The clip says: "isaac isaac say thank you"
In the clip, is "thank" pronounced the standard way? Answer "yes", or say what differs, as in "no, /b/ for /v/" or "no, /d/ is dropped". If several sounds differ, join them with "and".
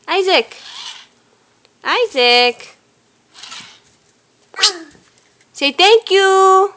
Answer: no, /t/ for /θ/